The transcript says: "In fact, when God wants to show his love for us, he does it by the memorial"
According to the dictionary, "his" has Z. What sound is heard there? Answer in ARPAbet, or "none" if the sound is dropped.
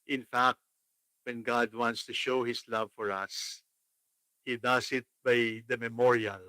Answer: S